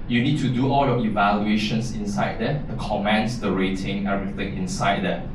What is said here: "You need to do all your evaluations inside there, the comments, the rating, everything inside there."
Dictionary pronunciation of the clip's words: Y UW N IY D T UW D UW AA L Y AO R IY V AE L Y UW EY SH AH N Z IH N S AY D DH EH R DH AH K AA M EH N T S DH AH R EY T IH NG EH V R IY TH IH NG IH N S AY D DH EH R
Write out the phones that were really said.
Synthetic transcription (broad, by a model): Y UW N IY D T UW D UW AA L Y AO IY V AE L Y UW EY SH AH N S IH N S AY D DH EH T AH K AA M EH N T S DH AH R EY T IH NG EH R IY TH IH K IH N S AY D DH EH